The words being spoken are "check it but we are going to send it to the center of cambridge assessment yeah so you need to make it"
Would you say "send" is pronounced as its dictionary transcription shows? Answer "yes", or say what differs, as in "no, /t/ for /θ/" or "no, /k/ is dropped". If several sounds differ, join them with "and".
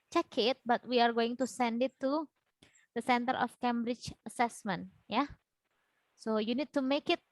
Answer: yes